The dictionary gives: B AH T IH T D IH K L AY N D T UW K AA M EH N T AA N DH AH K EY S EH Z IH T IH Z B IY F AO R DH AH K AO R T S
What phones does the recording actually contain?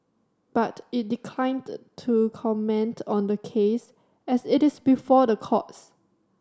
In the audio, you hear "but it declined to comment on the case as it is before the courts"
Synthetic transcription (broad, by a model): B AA T IH T D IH K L AY N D T UW K AA M EH N T AA N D AH K EY S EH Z IH T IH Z B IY F AO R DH AH K AO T S